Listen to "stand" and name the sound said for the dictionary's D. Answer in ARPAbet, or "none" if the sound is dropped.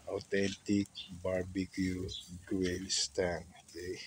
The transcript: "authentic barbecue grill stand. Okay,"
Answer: none